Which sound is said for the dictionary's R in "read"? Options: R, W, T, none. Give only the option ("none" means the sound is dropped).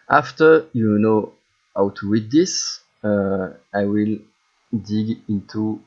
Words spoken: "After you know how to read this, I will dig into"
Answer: W